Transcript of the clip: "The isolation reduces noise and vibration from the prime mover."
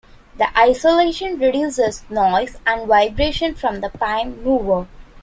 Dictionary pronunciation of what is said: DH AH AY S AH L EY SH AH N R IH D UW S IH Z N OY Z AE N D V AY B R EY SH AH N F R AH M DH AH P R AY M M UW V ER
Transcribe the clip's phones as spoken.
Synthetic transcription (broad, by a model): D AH AY S AH L EY SH AH N R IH D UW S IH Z N OY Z AE N D V AY B R EY SH AH N F R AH M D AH P AY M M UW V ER